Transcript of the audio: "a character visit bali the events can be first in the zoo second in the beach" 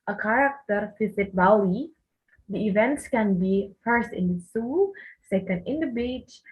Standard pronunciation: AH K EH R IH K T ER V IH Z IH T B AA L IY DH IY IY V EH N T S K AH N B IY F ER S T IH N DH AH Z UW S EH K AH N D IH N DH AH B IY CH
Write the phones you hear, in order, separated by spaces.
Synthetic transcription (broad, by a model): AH K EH R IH K T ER F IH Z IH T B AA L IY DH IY IY V EH N T S K AH N B IY F ER S T IH N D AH S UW S EH K AH N D IH N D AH B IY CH